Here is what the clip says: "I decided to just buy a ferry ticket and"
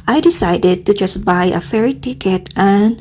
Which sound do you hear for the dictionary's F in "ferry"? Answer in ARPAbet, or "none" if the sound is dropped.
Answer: F